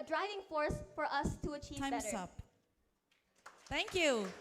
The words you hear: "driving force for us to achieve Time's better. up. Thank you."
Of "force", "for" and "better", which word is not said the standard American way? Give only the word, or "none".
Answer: better